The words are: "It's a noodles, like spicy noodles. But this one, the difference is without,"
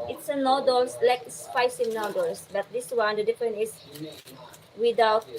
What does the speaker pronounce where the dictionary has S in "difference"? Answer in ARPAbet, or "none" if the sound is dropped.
none